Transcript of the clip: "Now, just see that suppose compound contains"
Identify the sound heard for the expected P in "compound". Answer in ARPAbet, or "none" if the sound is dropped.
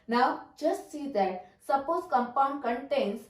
P